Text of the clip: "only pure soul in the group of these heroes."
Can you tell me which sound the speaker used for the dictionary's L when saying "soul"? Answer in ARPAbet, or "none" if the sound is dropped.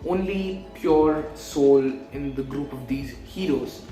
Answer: L